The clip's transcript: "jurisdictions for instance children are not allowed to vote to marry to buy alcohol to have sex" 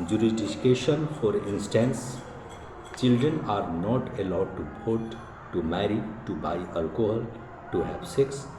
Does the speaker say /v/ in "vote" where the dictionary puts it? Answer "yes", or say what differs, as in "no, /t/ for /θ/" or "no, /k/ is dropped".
no, /p/ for /v/